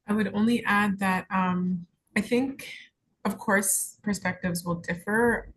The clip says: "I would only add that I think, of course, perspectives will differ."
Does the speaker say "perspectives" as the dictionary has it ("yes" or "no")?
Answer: yes